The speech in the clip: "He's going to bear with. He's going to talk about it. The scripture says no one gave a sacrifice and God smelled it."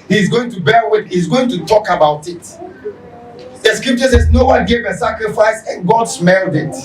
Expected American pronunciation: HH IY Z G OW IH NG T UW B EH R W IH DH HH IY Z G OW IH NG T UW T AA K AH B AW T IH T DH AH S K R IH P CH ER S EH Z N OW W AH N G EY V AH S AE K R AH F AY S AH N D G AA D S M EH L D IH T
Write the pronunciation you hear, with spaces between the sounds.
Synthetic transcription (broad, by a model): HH IY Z G OW IH NG T UW B EH R W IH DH HH IY Z G OW IH NG T UW T AA K AH B AW T IH T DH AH S K R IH P CH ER S EH Z N OW W AH N G EY V AH S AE K R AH F AY S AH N G AA D S M EH L D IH T